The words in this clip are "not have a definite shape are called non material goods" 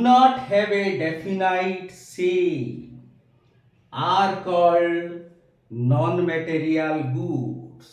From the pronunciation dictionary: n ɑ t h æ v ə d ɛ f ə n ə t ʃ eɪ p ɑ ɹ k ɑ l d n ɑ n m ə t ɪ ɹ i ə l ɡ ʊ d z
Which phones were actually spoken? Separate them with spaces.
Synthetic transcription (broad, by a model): n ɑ t h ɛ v ə d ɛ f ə n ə t s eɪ ɑ ɹ k ɑ l d n ɑ n m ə t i ɹ i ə l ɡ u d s